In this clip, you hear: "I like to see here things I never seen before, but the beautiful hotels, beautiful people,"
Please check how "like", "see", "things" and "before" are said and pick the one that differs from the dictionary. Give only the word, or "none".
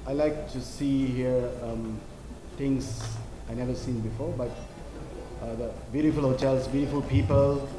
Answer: things